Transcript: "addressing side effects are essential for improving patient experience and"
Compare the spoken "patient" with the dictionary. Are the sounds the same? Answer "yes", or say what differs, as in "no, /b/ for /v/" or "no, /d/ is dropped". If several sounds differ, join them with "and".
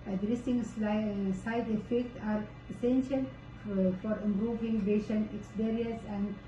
no, /b/ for /p/ and /t/ is dropped